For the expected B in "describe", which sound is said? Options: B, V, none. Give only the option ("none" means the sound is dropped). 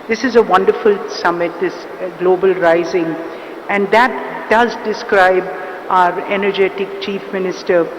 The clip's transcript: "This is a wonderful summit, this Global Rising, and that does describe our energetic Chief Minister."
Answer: B